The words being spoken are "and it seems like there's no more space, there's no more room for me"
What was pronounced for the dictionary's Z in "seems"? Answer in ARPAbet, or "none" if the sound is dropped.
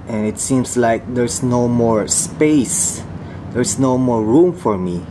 S